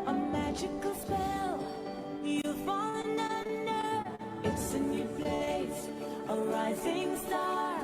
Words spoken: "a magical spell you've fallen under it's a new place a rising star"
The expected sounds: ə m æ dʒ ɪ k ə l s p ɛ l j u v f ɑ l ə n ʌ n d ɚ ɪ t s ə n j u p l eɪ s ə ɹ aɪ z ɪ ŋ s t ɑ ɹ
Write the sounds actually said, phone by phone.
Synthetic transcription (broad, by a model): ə m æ dʒ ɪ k l s p ɛ l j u f ɑ l ə n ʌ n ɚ ɪ t s ə n j u p l eɪ s ə ɹ aɪ z ɪ ŋ s t ɑ ɹ